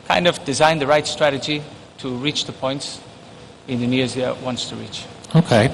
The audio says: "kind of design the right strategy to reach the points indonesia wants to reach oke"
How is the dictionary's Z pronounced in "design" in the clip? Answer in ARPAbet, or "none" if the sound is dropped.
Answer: Z